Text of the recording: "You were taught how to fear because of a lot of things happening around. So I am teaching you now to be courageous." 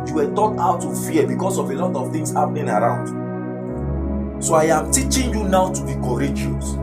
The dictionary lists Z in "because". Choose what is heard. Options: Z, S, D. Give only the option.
S